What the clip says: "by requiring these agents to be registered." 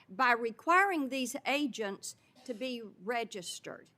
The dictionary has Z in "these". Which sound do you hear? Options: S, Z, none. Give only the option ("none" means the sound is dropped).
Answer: Z